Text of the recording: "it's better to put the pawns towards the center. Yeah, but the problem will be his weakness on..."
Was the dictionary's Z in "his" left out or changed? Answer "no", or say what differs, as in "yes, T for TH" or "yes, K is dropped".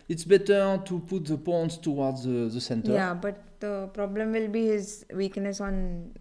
no